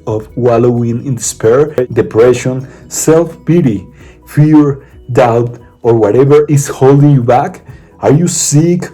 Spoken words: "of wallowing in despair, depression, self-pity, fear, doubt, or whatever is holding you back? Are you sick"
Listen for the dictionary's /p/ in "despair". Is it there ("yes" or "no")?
yes